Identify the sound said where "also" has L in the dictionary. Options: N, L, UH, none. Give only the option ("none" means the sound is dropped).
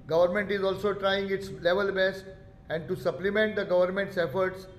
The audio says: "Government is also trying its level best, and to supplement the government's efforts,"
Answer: L